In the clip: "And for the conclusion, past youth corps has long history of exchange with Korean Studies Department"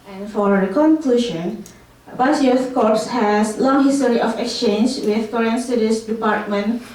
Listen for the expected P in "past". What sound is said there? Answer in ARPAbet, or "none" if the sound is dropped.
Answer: B